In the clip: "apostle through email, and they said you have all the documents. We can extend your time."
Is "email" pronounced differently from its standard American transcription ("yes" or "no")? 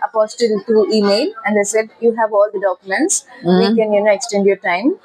no